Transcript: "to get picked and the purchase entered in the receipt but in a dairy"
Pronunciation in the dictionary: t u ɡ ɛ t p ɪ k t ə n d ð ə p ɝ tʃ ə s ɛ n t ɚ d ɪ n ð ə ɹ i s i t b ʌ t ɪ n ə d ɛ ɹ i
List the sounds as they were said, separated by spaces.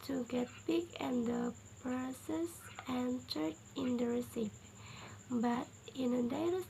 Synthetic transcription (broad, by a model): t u ɡ ɛ t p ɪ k ə n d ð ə p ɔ s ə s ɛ n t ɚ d ɪ n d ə ɹ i s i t b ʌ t ɪ n ə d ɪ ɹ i